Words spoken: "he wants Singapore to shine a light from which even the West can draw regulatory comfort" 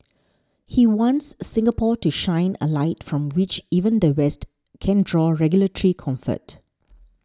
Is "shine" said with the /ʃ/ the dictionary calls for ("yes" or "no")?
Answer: yes